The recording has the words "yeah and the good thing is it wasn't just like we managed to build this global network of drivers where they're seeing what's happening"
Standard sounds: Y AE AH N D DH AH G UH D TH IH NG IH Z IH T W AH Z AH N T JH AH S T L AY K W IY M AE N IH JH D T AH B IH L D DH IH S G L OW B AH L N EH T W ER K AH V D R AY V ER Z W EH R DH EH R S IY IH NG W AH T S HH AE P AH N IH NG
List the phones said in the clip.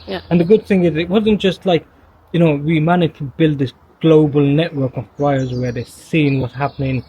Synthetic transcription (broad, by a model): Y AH N DH AH G UH D TH IH NG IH Z IH T W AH Z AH N JH AH S T L AY K W IY M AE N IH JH T AH B IH L D DH IH S G L OW B AH L N EH T W ER K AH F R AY ER Z W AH R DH EH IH S IY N W AH T S HH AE P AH N IH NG